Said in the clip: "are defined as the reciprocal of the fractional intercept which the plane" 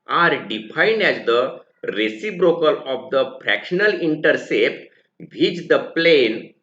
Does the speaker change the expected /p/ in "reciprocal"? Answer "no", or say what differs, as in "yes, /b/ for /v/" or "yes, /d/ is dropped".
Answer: yes, /b/ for /p/